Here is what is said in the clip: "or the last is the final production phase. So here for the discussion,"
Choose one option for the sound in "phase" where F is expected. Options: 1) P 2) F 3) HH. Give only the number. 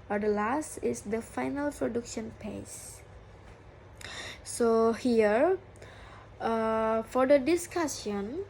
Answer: 1